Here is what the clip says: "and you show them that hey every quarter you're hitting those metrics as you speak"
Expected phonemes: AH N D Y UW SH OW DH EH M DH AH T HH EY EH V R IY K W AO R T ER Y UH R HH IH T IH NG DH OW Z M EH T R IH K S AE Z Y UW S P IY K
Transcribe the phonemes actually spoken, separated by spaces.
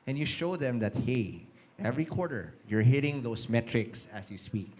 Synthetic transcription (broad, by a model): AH N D Y UW SH OW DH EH M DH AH T HH EY EH V R IY K W AO R T ER Y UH R HH IH T IH NG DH OW S M EH T R IH K S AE S Y UW S P IY K